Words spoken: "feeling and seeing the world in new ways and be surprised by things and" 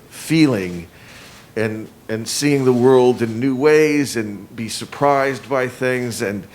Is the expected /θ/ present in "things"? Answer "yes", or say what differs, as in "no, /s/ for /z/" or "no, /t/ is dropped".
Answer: yes